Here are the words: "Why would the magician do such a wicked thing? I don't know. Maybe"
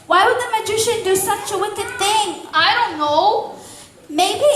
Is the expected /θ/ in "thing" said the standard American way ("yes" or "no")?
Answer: yes